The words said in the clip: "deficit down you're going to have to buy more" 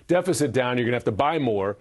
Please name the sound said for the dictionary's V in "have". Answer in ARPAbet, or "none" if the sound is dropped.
F